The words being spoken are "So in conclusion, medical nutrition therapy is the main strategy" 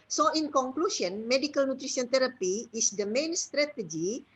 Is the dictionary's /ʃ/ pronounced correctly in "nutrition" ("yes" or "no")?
no